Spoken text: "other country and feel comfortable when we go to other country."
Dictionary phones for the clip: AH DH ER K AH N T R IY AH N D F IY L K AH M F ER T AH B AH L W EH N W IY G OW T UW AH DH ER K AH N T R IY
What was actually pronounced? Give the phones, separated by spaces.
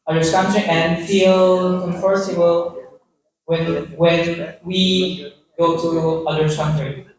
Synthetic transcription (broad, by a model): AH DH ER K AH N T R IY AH N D F IY L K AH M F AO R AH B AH N W EH N W IY G OW T UW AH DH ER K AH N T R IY